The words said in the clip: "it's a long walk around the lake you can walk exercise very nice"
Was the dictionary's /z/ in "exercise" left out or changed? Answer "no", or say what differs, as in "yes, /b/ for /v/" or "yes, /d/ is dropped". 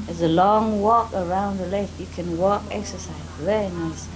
no